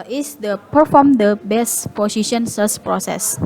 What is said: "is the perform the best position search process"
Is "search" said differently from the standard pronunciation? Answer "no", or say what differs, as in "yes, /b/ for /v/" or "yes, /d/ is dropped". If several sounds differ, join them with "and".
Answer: yes, /s/ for /tʃ/